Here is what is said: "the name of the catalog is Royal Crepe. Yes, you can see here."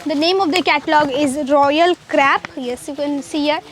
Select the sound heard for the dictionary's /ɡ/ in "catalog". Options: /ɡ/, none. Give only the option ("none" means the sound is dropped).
/ɡ/